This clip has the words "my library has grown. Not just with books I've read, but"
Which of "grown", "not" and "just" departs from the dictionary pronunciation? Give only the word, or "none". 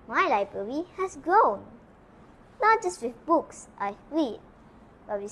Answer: none